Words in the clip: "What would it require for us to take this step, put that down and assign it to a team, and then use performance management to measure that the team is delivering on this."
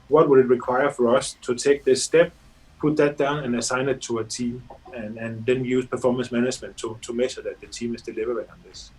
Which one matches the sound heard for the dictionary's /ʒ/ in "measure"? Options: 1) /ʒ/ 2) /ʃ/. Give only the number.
2